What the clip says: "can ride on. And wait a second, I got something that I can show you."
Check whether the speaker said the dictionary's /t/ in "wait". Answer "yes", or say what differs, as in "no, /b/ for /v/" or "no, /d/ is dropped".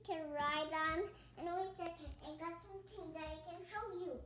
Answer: no, /t/ is dropped